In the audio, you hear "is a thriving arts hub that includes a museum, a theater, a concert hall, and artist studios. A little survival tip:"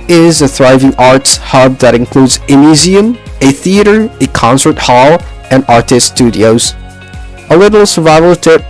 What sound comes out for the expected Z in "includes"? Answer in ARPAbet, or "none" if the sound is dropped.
Z